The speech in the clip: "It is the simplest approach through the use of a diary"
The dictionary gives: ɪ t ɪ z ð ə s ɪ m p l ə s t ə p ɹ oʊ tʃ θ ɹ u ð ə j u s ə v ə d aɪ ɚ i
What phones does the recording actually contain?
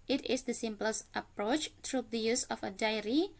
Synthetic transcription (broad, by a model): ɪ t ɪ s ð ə s ɪ m p l ə s t ə p ɹ oʊ tʃ t ɹ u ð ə j u s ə f ə d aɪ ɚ i